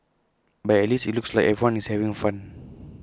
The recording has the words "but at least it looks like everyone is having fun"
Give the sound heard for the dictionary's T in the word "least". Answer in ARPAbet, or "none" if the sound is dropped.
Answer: none